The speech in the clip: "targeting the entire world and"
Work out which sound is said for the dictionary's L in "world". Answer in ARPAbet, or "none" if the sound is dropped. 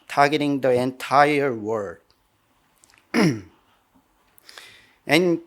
none